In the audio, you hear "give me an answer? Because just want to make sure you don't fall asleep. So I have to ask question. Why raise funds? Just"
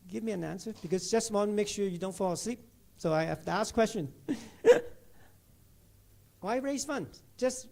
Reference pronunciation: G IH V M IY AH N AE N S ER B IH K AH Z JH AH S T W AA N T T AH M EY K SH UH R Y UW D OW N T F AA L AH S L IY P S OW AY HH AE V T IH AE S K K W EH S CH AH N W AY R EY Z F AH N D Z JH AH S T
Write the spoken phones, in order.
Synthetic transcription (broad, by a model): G IH V M IY AH N AE N S ER B IH K AH Z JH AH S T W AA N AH M EY K SH UH R Y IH D OW N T F AA L AH S L IY P S OW AY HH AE F T IH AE S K K W EH S CH AH N W AY R EY Z F AH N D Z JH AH S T